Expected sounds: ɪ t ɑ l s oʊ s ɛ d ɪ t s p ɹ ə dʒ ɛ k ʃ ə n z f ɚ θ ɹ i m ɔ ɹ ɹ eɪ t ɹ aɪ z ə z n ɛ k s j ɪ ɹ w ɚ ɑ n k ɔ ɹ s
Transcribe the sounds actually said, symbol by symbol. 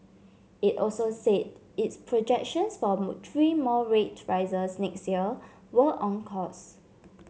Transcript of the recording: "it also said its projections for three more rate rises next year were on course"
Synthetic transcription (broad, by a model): ɪ t ɑ l s oʊ s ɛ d ɪ t s p ɹ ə dʒ ɛ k ʃ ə n s f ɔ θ ɹ i m ɔ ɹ ɹ eɪ t ɹ aɪ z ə s n ɛ k s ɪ l w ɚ ɑ n k ɔ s